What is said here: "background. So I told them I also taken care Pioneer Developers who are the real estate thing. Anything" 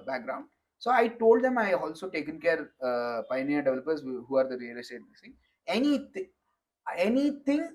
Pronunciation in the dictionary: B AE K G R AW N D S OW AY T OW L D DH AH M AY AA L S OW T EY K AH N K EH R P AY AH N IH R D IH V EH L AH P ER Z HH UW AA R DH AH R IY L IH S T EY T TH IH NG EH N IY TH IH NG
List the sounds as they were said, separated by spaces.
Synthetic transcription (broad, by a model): B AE K G R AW N D S OW AY T OW L D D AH M AY AA L S OW T EY K AH N K EH R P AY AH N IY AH D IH V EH L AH P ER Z HH UW AA R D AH R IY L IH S T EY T S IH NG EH N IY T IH NG